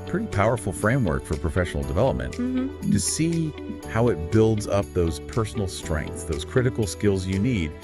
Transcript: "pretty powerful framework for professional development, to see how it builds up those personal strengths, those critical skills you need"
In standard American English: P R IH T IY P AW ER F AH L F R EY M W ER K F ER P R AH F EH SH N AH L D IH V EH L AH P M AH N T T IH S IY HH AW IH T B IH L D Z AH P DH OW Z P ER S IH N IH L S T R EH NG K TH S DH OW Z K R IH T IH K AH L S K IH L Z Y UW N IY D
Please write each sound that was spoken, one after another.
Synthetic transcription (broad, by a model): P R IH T IY P AW ER F L F R EY M W ER K F ER P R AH F EH SH N L D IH V EH L AH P M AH N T T IH S IY HH AW IH T B IH L D Z AH P DH OW Z P ER S N L S T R EH NG K TH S DH OW Z K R IH T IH K L S K IH L Z Y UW N IY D